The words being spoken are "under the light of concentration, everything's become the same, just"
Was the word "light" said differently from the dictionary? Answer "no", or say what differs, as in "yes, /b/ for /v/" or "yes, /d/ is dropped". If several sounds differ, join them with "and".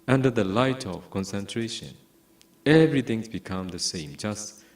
no